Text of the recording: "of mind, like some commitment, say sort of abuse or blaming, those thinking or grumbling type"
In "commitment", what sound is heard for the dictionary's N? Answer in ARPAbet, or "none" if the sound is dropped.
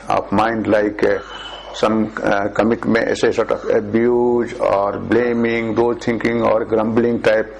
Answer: none